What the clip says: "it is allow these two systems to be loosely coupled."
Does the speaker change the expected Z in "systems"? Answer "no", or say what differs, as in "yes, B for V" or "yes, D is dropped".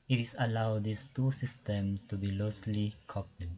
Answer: yes, Z is dropped